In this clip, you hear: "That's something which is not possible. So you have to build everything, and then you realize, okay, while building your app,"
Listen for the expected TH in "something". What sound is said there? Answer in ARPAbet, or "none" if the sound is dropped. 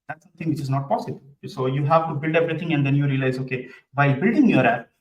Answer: T